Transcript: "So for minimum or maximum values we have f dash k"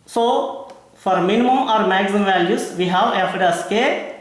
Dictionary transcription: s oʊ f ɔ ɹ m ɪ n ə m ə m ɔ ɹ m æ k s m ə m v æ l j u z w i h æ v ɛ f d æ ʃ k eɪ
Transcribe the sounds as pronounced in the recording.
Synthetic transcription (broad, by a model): s oʊ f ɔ ɹ m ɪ n m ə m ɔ ɹ m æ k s ə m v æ l j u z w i h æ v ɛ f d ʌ s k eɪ